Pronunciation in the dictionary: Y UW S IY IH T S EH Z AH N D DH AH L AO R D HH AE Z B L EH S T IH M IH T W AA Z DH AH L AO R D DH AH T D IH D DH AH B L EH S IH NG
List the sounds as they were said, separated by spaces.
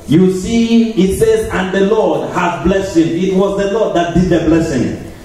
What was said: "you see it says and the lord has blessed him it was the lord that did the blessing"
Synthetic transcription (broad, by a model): Y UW S IY IH T S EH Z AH N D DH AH L AO D HH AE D B L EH S IH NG IH T W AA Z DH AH L AO D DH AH T D IH D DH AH B L EH S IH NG